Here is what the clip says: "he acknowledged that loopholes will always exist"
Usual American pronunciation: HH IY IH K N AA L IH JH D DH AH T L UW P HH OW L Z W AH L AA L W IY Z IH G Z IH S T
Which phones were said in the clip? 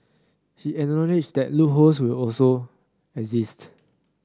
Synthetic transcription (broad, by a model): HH IY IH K N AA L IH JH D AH T L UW HH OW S W AH L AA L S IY IH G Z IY S T